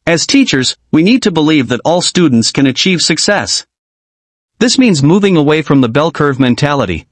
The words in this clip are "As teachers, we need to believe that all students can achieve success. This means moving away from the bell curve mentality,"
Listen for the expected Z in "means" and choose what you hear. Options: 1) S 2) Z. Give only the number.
2